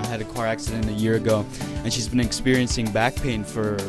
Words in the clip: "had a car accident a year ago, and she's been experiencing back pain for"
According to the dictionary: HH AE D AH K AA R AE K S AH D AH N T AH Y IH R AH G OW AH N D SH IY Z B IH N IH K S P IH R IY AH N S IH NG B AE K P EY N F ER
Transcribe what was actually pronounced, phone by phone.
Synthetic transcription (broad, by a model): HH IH D AH K AA R AE K S AH D AH N T AH Y IH R AH G OW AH N SH IY Z B IH N IH K S P IH R IY AH N S IH NG B AE K P EY N F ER